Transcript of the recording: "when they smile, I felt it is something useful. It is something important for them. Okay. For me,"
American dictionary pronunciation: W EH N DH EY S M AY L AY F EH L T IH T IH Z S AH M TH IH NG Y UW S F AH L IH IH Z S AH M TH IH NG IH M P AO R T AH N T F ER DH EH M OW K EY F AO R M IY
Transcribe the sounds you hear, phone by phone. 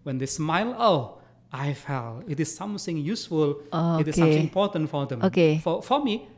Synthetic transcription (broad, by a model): W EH N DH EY S M AY L AY F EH L IH T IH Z S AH M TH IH NG Y UW S F AH L IH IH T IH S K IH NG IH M P AO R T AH N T F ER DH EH M OW K EY F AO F M IY